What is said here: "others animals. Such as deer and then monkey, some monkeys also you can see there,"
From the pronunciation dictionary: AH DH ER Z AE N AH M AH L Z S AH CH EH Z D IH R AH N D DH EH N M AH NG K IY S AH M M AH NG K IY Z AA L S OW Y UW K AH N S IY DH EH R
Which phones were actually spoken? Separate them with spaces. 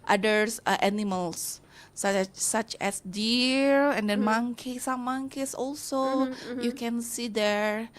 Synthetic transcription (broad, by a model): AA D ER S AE N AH M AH L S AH CH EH S D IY R AH N D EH N M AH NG K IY S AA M M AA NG K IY S AA L S OW Y UW K AH N S IY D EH R